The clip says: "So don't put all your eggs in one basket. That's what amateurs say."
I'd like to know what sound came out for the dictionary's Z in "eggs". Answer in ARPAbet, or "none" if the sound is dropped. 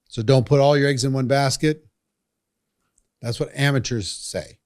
Z